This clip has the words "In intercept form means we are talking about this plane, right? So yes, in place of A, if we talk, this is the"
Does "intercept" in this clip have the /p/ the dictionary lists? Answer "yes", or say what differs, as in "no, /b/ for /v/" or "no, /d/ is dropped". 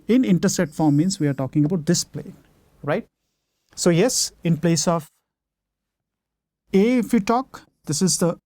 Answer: no, /p/ is dropped